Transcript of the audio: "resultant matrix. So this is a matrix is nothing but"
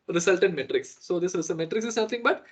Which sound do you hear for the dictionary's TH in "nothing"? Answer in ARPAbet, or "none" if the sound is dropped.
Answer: T